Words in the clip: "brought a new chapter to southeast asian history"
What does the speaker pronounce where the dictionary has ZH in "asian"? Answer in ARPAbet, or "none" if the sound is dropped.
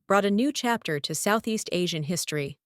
ZH